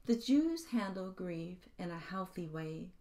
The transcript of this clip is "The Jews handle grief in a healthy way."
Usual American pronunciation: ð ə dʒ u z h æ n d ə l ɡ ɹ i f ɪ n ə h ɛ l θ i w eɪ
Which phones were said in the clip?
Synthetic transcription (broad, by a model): ð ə dʒ u z h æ n d l ɡ ɹ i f ɪ n ə h ɛ l θ i w eɪ